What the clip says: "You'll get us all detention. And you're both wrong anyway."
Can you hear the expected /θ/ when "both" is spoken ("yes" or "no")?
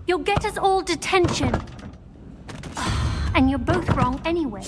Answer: yes